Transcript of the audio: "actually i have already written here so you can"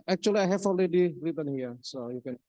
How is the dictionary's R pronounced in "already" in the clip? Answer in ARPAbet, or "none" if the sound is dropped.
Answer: L